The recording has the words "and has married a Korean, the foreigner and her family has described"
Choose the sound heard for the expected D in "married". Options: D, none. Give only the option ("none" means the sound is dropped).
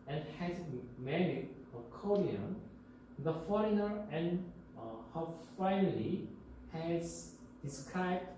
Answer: none